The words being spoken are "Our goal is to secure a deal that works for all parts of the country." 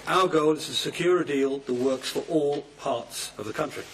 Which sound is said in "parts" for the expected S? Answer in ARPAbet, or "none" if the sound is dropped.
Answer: S